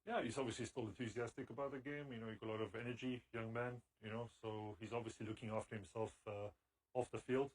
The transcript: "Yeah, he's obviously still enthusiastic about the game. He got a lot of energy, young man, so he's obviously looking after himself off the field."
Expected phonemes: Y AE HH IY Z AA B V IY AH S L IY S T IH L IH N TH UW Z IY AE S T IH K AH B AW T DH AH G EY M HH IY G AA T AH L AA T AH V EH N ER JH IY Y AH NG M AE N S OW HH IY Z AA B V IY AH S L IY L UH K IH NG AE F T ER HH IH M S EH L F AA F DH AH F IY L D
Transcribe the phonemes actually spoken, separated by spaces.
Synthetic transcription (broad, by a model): Y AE HH IY Z AA B V IY AH S L IY S T IH L IH N TH UW Z IY AE S T IH K AH B AW T DH AH G EY M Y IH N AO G AH L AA T AH V EH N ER JH IY Y AH NG M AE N S OW HH IY Z AA B V IY AH S L IY L UH K IH NG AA F T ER HH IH M S EH L F AA F DH AH F IY L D